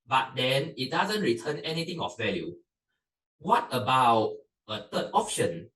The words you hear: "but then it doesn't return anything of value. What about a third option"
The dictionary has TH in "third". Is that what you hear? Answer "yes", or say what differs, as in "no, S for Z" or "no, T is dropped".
no, T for TH